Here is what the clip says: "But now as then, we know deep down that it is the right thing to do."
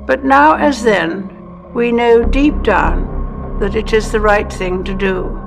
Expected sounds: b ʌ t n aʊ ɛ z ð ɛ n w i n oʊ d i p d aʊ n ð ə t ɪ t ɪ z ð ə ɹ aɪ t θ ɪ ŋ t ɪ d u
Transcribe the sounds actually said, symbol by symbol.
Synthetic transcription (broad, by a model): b ʌ t n aʊ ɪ z ð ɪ n w i n oʊ d i p d aʊ n ð ə t ɪ t ɪ z ð ə ɹ aɪ t θ ɪ ŋ t ɪ d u